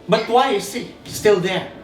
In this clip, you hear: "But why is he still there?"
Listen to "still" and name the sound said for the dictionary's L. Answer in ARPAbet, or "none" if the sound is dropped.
L